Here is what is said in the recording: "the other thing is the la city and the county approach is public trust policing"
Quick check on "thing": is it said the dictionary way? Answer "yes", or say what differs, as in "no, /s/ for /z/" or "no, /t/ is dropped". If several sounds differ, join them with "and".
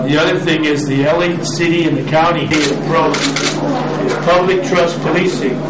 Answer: yes